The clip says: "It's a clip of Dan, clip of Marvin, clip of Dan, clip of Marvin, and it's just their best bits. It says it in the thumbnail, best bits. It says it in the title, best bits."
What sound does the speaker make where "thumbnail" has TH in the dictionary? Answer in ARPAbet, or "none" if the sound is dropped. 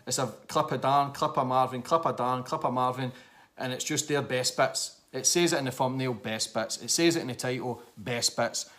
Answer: F